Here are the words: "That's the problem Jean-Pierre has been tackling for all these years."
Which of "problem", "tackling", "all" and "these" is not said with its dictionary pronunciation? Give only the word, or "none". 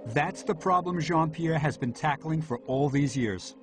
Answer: none